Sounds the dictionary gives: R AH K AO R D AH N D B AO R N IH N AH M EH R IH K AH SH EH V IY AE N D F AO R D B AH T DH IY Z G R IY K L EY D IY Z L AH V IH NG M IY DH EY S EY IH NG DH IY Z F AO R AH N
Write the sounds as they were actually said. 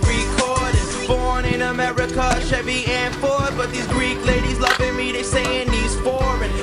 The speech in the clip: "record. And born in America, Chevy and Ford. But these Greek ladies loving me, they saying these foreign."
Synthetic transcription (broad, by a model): R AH K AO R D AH B AO R N IH N AH M EH R IH K AH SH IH B IY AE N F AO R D B AH T DH IY Z G R IY K L EY D IY Z L AH V IH NG M IY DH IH S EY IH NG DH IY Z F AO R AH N